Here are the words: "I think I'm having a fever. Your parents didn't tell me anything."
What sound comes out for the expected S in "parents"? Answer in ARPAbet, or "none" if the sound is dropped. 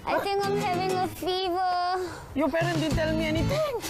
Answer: none